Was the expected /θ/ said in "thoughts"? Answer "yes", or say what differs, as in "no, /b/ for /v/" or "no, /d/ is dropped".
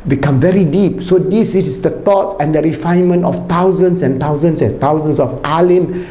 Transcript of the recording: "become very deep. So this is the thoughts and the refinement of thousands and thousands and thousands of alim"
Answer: no, /t/ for /θ/